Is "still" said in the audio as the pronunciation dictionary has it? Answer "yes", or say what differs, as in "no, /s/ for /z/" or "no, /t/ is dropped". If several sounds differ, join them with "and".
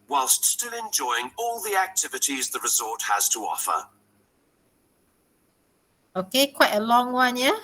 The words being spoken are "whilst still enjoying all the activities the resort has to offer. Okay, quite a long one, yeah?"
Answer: yes